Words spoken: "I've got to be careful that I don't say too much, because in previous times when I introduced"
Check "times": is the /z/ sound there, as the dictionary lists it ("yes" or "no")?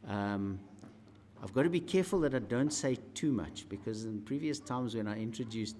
yes